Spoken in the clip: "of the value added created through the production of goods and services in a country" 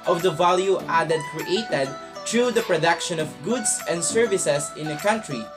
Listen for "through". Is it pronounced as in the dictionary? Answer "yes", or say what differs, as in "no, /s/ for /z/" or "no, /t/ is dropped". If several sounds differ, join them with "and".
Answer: no, /t/ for /θ/